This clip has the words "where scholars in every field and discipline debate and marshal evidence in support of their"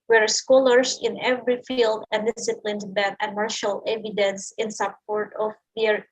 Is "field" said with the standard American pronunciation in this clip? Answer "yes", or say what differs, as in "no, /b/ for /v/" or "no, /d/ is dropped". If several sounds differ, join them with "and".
yes